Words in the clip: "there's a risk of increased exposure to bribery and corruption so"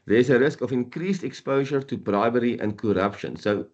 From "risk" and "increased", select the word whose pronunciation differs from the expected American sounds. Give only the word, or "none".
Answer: none